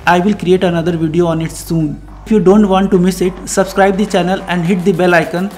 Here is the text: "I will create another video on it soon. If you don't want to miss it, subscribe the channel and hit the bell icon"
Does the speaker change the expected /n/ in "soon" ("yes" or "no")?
no